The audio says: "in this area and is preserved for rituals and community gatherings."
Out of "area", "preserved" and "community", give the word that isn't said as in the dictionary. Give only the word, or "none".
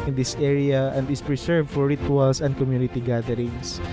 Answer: preserved